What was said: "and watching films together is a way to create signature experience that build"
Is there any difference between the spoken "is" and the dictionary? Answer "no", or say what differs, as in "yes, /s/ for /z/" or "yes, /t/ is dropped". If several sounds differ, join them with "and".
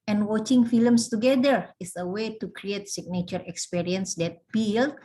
yes, /s/ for /z/